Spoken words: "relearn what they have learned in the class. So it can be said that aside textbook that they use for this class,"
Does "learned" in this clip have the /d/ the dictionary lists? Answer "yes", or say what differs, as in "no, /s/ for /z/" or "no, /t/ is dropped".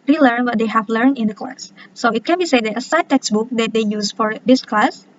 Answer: no, /d/ is dropped